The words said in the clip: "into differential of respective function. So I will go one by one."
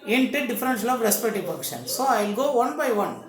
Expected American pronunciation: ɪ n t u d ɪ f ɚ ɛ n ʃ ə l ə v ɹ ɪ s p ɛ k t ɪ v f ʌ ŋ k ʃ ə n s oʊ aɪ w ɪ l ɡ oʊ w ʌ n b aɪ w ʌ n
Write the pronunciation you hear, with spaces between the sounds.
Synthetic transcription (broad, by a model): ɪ n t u d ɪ f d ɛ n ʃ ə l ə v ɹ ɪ s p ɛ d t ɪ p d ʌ k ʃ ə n s oʊ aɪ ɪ l ɡ oʊ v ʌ n b aɪ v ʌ n